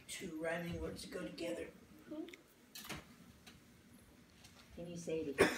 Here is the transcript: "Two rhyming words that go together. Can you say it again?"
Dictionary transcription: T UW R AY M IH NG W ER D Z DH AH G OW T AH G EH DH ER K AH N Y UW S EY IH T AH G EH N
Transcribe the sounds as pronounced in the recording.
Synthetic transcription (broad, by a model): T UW R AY IH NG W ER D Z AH G OW T AH G EH DH ER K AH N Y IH S EY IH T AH